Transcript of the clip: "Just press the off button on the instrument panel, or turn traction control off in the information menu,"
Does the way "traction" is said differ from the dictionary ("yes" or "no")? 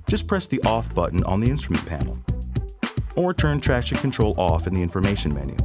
yes